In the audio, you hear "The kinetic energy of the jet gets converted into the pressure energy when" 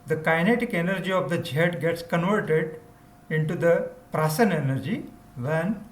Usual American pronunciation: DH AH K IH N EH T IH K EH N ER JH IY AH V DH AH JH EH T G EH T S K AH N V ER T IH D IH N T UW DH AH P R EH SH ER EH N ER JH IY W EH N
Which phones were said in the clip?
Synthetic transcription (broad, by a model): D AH K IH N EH T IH K EH N ER JH IY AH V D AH JH EH T G EH T S K AH N V ER T IH D IH N T UW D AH P R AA S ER EH N ER JH IY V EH N